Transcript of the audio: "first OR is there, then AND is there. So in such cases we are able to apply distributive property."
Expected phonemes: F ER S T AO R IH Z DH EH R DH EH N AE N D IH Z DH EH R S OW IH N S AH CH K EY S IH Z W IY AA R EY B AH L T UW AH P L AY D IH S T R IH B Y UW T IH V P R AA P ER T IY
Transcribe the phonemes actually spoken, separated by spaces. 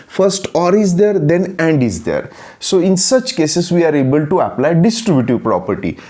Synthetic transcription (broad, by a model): F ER S T AO R IH Z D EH R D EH N AE N D IH Z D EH R S OW IH N S AH CH K EY S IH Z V IY AA R EY B AH L T UW AH P L AY D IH S T R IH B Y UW T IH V P R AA P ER T IY